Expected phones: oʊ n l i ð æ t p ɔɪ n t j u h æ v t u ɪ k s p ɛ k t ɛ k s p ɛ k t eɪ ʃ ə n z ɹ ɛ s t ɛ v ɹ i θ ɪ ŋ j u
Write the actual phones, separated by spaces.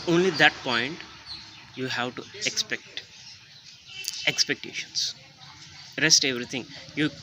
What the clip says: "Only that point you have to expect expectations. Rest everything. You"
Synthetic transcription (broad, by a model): oʊ n l i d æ t p ɔɪ n t j u h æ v t u ɪ k s p ɛ k t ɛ k s p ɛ k t eɪ ʃ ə n s ɹ ɛ s t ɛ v ɹ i t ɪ ŋ j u